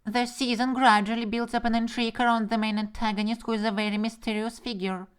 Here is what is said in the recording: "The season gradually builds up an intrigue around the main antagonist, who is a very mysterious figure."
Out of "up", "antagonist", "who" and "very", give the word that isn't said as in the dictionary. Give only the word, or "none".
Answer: none